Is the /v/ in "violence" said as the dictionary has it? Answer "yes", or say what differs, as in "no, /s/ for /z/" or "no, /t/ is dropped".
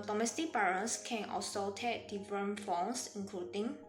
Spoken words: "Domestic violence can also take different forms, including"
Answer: no, /b/ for /v/